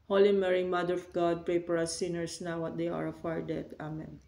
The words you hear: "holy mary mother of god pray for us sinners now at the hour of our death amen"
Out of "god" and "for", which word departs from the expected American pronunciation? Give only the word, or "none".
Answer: for